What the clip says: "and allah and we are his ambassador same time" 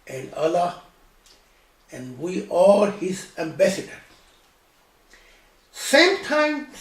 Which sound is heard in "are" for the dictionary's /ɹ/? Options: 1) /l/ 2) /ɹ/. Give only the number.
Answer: 1